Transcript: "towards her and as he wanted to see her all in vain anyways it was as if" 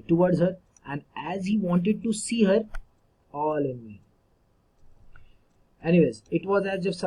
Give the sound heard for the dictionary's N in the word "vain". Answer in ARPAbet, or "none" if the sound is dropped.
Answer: none